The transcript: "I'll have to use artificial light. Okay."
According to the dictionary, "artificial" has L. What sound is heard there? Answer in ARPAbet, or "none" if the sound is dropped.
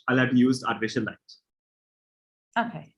N